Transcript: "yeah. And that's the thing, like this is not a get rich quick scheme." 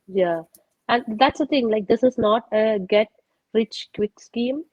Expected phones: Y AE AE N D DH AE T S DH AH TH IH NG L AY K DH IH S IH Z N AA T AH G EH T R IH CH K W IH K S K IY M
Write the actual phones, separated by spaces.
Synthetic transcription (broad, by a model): Y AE AE N D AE T S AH T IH NG L AY K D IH S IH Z N AA T AH G EH T R IH CH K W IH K S K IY M